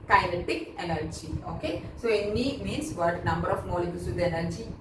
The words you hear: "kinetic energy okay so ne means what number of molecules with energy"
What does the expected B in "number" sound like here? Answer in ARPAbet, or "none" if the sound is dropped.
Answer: B